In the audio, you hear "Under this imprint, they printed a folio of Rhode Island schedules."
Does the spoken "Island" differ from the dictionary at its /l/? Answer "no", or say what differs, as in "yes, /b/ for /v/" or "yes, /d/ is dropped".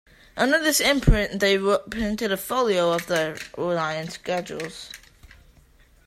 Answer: yes, /l/ is dropped